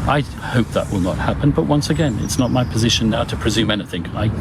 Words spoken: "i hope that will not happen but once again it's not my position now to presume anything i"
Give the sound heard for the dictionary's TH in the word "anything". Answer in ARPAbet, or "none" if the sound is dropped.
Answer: TH